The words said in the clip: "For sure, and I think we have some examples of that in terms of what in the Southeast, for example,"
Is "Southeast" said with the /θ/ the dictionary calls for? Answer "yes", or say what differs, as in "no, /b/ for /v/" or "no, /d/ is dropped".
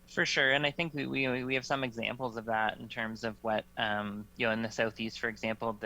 yes